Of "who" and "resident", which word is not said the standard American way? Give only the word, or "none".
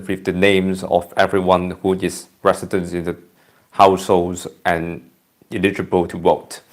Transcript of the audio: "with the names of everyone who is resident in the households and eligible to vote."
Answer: resident